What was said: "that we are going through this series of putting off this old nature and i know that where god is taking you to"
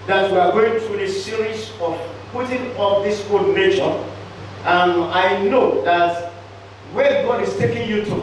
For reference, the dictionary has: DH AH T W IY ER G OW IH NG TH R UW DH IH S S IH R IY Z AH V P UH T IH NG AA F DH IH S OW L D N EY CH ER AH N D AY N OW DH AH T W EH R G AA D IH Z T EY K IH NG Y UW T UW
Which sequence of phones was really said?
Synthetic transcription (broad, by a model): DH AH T W IY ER G OW IH NG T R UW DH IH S S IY R IY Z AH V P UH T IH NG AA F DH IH S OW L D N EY SH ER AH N AY N OW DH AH T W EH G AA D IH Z T EY K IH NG Y UW T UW